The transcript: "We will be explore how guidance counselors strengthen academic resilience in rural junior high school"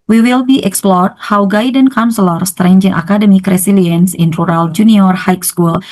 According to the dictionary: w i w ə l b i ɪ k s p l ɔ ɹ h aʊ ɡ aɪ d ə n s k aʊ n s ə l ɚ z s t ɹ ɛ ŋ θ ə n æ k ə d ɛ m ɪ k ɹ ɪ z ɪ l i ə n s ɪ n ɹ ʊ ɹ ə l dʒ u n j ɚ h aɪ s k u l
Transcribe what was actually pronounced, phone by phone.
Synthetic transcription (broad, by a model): w i w ə l b i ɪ k s p l ɔ ɹ h aʊ ɡ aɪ d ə n k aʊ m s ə l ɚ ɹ s t ɹ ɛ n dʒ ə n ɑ k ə d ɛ m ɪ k ɹ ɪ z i l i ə n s ɪ n ɹ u ɹ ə l dʒ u n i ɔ h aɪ s k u l